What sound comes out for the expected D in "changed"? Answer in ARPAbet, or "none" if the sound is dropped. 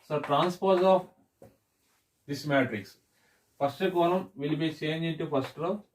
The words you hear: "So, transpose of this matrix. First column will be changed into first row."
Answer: none